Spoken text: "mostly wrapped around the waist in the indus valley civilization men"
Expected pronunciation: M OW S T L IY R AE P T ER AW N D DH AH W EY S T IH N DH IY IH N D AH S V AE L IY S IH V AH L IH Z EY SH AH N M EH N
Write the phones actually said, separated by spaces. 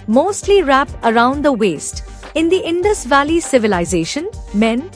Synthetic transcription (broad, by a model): M OW S T L IY R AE P ER AW N D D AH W EY S T IH N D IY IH N D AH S V AE L IY S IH V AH L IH Z EY SH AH N M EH N